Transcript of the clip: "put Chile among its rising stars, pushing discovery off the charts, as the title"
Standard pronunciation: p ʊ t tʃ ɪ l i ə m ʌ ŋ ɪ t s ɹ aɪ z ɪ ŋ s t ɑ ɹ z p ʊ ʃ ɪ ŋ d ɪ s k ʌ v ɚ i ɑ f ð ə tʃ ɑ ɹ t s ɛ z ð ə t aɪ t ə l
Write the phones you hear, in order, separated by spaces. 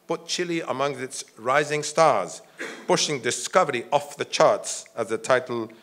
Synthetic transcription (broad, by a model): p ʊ t tʃ ɪ l i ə m ʌ ŋ ɪ t s ɹ aɪ z ɪ ŋ s t ɑ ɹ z p ʊ ʃ ɪ ŋ d ɪ s k ʌ v ɚ i ɑ f ð ə tʃ ɑ ɹ t s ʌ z ð ə t aɪ t l